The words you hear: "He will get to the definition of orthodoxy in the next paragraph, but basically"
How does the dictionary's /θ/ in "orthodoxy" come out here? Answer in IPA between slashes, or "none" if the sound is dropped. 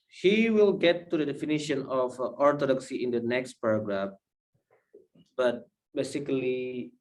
/t/